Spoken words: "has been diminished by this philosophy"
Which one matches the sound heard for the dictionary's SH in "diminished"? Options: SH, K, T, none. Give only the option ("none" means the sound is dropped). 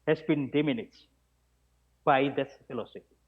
none